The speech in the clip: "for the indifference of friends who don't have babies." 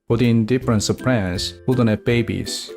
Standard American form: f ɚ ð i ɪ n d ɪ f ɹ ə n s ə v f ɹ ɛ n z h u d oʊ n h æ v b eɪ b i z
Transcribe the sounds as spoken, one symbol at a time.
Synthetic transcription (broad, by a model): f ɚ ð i ɪ n d ɪ f ɹ ə n s ə v p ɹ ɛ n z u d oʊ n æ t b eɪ b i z